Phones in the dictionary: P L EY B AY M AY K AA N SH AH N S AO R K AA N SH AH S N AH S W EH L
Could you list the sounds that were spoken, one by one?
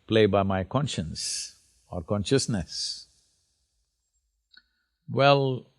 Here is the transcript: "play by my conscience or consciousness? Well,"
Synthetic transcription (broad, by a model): P L EY B AY M AY K AA N SH AH N S AO R K AA N SH AH S N AH S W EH L